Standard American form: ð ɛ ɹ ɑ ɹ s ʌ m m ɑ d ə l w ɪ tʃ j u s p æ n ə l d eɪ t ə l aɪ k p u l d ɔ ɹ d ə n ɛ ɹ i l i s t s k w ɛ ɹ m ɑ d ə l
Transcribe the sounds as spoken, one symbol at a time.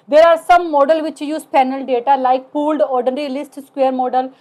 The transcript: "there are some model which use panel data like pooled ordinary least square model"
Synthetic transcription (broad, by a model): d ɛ ɹ ɑ ɹ s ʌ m m ɑ d ə l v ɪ tʃ j u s p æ n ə l d eɪ t ə l aɪ k p u l d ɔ ɹ d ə n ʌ ɹ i l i s t s k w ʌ ɹ m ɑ d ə l